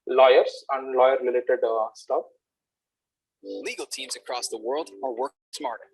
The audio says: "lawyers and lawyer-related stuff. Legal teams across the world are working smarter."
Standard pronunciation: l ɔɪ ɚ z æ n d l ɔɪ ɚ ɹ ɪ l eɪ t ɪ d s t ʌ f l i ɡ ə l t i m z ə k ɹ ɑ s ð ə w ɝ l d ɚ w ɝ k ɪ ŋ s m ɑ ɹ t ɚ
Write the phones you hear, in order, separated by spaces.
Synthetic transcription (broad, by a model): l ɔɪ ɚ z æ n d l ɔɪ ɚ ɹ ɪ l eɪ t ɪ d s t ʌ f l i ɡ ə l t i m z ə k ɹ ɑ s ð ə w ɝ l d ɚ w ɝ k s m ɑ ɹ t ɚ